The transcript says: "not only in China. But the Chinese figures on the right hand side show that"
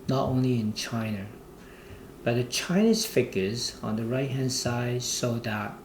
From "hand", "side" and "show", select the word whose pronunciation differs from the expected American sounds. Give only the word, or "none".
show